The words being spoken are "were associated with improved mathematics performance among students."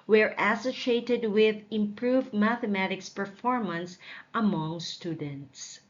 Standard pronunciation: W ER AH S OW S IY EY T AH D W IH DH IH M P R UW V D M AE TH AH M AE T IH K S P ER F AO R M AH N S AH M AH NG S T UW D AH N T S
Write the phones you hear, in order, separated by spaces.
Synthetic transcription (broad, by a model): W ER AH S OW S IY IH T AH D W IH DH IH M P R UW V D M AE TH AH M AE T IH K S P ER F AO R M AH N S AH M AH NG S T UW D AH N T S